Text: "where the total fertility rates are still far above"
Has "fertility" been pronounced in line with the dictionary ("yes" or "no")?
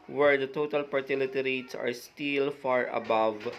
no